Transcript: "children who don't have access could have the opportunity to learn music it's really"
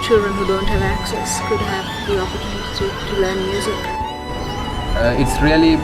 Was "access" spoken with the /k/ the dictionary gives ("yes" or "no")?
yes